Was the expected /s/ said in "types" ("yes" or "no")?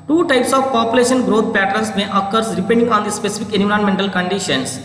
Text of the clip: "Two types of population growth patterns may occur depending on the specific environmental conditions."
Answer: yes